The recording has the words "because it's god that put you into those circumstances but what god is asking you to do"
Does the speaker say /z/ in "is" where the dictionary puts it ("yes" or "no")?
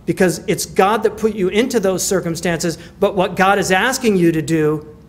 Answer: yes